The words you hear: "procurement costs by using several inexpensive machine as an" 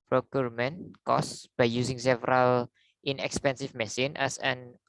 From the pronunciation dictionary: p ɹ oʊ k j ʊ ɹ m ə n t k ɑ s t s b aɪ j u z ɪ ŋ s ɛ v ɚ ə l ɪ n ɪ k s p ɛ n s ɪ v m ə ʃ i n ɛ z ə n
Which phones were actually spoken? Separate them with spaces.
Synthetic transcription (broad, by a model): p ɹ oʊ k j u ɹ m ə n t k ɑ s s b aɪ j u s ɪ ŋ s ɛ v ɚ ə l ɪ n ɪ k s p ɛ n s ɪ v m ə s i n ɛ s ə n